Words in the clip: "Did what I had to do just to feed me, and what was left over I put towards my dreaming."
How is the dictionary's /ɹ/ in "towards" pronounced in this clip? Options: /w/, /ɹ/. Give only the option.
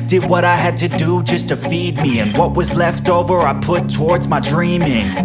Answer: /ɹ/